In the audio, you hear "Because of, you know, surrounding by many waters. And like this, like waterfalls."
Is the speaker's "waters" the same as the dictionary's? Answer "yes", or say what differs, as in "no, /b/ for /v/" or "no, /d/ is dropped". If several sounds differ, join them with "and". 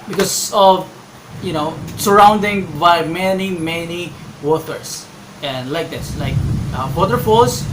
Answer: no, /s/ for /z/